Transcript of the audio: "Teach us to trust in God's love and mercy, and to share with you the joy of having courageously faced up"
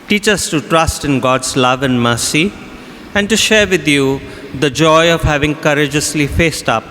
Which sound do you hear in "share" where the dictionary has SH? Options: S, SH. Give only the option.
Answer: SH